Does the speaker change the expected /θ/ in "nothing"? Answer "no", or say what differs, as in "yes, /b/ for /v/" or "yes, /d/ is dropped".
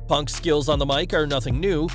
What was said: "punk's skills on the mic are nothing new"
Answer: no